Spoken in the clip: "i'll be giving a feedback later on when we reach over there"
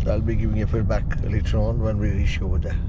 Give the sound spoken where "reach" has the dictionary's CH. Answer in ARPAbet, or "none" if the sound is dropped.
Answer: SH